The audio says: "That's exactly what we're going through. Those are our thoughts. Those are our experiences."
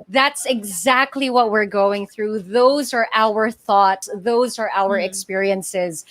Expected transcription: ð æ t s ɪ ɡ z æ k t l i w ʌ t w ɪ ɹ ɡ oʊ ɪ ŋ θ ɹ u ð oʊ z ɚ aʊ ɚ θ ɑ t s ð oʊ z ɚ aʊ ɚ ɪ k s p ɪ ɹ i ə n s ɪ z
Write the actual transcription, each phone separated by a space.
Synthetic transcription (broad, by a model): ð æ t s ɪ ɡ z æ k t l i w ʌ t w ɪ ɹ ɡ oʊ ɪ ŋ θ ɹ u ð oʊ z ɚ aʊ ɚ θ ɑ t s ð oʊ z ɚ aʊ ɚ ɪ k s p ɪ ɹ i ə n s ɪ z